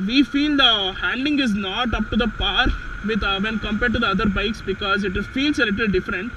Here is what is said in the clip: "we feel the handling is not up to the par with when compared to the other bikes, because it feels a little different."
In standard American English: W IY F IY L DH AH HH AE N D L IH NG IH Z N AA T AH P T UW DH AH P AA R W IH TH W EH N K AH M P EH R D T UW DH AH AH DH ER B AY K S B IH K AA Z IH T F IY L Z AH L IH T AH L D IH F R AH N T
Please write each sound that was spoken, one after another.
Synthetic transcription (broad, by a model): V IY F IY L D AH HH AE N D IH NG IH Z N AA T AH P T UW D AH P AA R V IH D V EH N K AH M P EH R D T UW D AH AH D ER B AY K S B IH K AA Z IH T F IY L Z AH L IH T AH L D IH F R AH N T